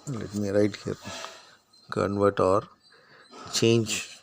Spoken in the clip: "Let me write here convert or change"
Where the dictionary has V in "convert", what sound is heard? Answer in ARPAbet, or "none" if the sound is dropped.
V